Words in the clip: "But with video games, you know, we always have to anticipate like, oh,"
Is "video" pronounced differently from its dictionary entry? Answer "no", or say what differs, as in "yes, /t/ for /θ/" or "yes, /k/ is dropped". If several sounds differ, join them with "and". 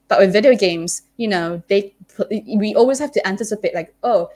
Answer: no